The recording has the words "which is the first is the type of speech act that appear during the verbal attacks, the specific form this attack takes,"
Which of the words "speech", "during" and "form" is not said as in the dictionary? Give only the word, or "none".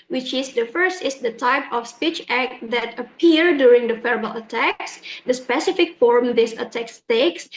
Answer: none